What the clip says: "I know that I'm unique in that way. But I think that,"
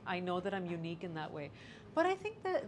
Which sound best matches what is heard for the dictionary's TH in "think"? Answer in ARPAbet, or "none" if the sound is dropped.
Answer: TH